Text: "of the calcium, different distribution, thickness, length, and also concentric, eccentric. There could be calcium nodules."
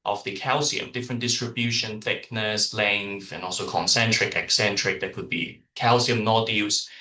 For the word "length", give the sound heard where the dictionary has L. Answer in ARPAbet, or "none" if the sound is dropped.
L